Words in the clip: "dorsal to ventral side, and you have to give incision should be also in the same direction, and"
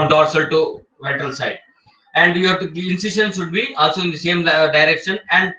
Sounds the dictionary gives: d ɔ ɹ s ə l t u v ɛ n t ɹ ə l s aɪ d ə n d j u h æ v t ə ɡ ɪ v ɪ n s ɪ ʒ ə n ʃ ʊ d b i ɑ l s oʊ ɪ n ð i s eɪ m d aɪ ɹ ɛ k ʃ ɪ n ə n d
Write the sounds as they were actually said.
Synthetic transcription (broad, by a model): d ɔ ɹ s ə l t u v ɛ t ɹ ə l s aɪ d ə n d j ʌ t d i ɪ n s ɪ ʃ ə n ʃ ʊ d b i ɑ l s oʊ ɪ n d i s eɪ m d aɪ ɹ ɛ k ʃ ɪ n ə n d